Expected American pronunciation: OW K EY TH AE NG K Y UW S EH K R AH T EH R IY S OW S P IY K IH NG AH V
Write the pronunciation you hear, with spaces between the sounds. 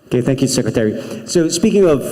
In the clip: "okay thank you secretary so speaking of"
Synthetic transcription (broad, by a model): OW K EY TH AE NG K Y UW S EH K R AH T EH R IY S OW S P IY K IH NG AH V